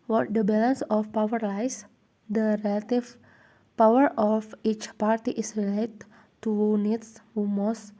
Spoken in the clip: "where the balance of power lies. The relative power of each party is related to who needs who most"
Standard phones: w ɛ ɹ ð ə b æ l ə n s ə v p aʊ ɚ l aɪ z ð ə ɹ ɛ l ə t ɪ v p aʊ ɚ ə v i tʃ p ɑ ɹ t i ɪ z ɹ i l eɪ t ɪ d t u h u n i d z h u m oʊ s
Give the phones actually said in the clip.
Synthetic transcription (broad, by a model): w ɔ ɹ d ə b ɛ l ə n s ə f p aʊ ɚ l aɪ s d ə ɹ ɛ l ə t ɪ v p aʊ ɚ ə f i tʃ p ɑ ɹ t i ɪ s ɹ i l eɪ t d t u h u n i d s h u m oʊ s